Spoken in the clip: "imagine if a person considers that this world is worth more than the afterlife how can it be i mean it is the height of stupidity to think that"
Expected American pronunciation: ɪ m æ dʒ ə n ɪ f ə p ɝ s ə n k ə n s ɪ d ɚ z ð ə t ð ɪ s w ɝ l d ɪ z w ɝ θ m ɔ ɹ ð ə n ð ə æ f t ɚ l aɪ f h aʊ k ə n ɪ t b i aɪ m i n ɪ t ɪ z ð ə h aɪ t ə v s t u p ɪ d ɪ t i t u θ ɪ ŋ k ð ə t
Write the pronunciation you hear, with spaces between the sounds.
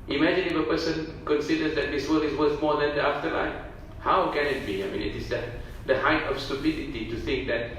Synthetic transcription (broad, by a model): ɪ m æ dʒ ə n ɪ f ə p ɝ s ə n k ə n s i d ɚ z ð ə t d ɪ s w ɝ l ɪ s w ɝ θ m ɔ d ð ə n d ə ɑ f t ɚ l aɪ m h aʊ k ə n ɪ t b i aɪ m i n ɪ t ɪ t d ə h aɪ t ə f s t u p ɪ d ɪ t i t u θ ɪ ŋ k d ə t